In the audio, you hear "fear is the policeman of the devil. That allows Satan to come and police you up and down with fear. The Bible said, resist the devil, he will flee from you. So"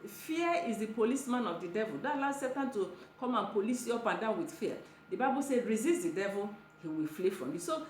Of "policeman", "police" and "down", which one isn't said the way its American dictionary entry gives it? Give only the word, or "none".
none